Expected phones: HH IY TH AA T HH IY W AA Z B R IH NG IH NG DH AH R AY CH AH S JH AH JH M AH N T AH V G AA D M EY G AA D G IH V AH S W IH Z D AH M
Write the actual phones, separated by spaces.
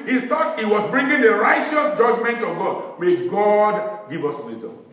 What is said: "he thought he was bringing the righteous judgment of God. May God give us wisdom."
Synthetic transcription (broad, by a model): HH IY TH AA T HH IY W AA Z B R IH NG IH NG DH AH R AY CH AH S JH AH JH M AH N T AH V G AA D M EY G AA D G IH V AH S W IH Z D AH M